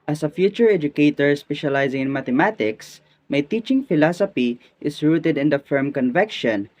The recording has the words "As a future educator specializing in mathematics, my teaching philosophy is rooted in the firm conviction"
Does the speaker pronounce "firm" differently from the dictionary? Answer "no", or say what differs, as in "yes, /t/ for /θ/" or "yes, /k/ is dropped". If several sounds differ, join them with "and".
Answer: no